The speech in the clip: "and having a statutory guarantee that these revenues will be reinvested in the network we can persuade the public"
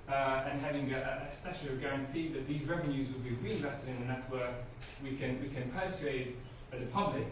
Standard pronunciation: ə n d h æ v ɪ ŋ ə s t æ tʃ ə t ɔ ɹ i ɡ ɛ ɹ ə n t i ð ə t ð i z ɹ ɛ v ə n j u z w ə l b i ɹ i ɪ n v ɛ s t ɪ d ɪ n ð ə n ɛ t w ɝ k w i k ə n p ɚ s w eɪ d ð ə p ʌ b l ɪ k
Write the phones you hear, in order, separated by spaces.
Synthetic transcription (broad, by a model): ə n h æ v ɪ ŋ ə s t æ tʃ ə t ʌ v ɡ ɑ ɹ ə n t i ð ə t ð i z ɹ ɛ v ə n j u z w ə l b i ɹ i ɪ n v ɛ s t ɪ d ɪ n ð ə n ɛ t w ɝ k w i k ə n p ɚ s eɪ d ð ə p ʌ b l ɪ k